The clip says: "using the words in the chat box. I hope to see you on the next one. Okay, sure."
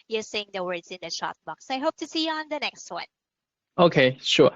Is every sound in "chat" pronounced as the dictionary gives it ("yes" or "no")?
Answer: no